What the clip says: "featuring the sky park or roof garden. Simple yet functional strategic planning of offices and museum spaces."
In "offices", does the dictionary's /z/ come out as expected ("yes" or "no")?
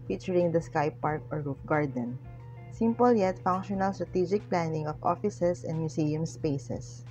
no